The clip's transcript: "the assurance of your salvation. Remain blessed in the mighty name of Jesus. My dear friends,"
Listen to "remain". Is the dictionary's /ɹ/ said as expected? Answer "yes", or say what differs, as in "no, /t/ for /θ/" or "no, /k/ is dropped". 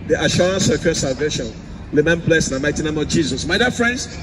no, /l/ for /ɹ/